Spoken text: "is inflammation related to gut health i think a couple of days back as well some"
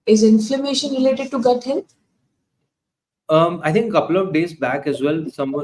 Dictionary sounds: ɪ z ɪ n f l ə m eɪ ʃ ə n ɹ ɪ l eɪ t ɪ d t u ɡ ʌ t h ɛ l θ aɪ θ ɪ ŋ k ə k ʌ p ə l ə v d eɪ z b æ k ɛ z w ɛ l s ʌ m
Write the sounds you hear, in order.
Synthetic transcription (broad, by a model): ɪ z ɪ n f l ə m eɪ ʃ ə n ɹ ɪ l eɪ t ɪ d t u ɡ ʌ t h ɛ l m aɪ t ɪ ŋ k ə k ʌ p ə l ə v d eɪ z b æ k ɛ z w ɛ l s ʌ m